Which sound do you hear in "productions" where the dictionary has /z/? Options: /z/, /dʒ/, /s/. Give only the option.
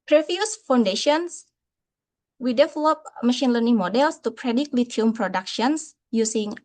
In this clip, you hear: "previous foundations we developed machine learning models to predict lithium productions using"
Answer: /s/